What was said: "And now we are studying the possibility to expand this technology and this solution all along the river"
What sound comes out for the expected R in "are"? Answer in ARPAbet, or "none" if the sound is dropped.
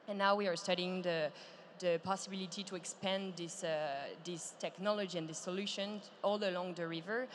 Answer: R